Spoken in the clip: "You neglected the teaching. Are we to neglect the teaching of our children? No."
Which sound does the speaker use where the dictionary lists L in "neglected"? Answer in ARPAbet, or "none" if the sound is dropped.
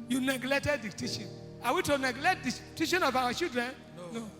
L